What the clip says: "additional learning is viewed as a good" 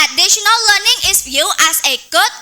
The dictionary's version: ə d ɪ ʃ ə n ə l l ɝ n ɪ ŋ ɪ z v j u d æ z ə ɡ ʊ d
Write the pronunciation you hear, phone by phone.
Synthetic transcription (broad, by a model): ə d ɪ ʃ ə n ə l l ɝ n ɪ ŋ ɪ s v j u æ s ə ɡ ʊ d